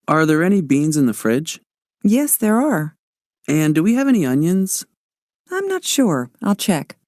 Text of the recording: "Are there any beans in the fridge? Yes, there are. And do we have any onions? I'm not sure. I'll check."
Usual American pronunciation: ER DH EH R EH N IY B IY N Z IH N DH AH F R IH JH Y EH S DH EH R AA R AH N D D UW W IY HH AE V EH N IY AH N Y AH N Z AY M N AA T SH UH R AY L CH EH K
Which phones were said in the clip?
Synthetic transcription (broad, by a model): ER DH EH R EH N IY B IY N Z IH N DH AH F R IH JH Y EH S DH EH R AA R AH N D D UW W IY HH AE V EH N IY AH N Y AH N Z AY M N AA T SH UH R AY L CH EH K